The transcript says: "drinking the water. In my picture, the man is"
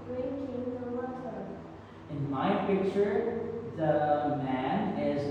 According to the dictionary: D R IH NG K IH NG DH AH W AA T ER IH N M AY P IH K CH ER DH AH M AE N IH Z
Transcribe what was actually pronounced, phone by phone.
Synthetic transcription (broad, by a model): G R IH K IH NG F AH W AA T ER IH N M AY P IH K CH ER DH AH M AE N IH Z